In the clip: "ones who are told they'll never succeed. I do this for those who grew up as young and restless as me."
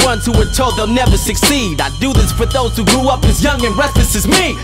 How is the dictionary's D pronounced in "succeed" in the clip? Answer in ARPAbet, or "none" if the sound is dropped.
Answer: D